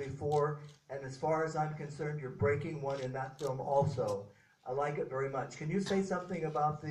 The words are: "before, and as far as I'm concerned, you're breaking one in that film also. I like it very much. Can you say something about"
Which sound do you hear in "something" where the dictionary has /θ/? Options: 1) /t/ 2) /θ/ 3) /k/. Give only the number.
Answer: 2